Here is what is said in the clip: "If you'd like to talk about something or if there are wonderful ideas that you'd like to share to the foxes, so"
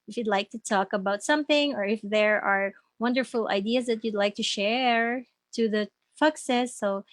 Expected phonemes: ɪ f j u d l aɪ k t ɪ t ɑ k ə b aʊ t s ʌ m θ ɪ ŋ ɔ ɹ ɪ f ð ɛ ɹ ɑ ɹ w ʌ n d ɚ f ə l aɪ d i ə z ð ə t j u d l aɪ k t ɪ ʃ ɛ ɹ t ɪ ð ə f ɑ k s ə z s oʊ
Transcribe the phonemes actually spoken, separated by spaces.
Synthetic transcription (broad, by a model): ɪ f j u d l aɪ k t ɪ t ɑ k ə b aʊ t s ʌ m θ ɪ ŋ ɔ ɹ ɪ f ð ɛ ɹ ɑ ɹ w ʌ n d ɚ f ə l aɪ d i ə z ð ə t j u d l aɪ k t ɪ ʃ ɛ ɹ t ɪ ð ə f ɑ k s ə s oʊ